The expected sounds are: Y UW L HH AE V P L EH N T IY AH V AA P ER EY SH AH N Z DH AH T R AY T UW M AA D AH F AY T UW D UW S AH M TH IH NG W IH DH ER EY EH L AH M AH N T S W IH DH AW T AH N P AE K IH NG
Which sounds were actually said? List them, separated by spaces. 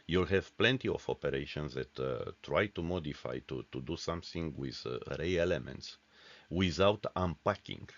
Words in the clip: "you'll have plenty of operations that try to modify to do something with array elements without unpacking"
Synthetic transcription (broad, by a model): Y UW L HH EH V P L EH N T IY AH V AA P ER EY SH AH N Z DH AH T R AY T UW M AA D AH F AY T UW D UW S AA M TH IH NG W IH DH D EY EH L AH M AH N T S W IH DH AW T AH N P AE K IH NG